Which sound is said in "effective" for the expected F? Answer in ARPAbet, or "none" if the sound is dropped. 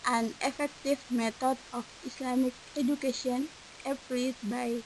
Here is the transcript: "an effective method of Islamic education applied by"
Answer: F